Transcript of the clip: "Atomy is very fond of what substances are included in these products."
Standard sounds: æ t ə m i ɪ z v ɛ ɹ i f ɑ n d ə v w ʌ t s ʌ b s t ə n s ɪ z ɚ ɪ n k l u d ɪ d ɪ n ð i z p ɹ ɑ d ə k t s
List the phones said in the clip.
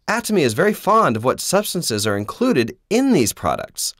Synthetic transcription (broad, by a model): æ t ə m i ɪ z v ɛ ɹ i f ɑ n d ə v w ʌ t s ʌ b s t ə n s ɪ z ɚ ɪ n k l u d ɪ d ɪ n ð i z p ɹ ɑ d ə k t s